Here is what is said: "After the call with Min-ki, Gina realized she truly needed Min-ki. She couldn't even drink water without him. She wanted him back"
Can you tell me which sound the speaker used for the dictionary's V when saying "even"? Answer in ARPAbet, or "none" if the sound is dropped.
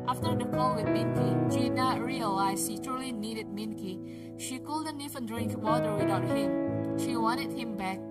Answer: F